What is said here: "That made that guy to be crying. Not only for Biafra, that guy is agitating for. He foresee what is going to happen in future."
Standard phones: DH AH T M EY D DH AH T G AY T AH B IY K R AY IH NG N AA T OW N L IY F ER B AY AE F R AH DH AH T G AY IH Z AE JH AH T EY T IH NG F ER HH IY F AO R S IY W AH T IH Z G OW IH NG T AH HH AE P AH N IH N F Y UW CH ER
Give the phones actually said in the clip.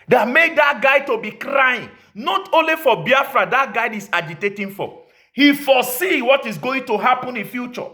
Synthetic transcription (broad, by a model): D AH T M EY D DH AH T G AY T AH B IY K R AY IH NG N AA T OW N L IY F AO B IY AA F R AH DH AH T G AY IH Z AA JH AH T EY T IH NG F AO HH IY F AO S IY W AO T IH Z G OW IH NG T AH HH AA P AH N IH N F Y UW CH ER